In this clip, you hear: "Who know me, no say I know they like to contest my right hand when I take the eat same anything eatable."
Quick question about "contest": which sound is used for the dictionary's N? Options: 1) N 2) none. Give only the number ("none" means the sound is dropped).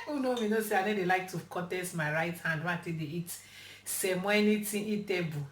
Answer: 2